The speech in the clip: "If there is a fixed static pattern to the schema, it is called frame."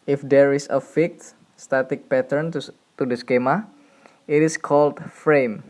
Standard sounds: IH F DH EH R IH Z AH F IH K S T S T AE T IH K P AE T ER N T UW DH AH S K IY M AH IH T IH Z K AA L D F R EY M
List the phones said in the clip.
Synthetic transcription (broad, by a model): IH F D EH R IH S AH F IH K T S T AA T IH K P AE T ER N T UW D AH S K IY M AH IH T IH S K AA L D F R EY M